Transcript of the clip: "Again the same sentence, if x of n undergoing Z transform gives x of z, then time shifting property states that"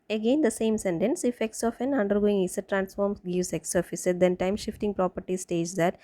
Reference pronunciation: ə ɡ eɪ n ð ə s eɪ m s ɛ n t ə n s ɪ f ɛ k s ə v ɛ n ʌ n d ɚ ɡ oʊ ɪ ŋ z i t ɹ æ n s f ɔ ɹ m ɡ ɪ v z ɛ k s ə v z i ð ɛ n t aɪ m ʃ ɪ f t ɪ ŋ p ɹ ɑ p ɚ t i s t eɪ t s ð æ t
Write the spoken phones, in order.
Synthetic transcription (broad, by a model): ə ɡ eɪ n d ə s eɪ m s ɛ n t ə n s ɪ f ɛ k s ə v ɛ n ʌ n d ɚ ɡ oʊ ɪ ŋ s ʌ t ɹ æ n s f ɔ ɹ m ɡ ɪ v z ɛ k s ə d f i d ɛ n t aɪ m ʃ ɪ f t ɪ ŋ p ɹ ɑ p ɚ t i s t eɪ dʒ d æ t